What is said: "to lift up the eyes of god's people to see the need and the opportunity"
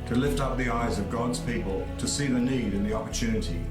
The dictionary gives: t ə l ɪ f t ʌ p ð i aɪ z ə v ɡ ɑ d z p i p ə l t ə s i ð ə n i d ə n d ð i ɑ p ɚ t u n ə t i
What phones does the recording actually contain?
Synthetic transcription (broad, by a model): t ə l ɪ f t ʌ p ð i aɪ z ə v ɡ ɑ d z p i p ə l t ə s i ð ə n i d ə n ð i ɑ p ɚ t u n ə t i